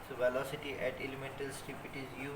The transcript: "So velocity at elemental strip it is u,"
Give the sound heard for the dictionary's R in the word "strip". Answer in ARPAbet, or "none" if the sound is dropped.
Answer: none